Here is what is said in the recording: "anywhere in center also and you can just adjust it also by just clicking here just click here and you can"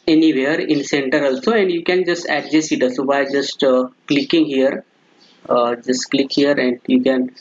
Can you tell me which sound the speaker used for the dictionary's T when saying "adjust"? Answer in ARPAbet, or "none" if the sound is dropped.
none